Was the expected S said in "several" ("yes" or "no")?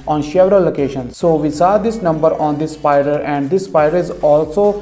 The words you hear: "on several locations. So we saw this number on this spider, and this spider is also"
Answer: no